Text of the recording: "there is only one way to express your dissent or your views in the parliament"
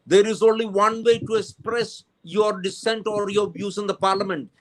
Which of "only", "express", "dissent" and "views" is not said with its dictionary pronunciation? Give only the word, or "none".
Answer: views